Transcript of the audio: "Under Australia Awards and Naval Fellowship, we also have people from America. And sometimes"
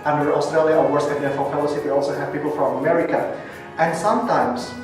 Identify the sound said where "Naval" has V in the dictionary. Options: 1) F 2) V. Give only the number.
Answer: 1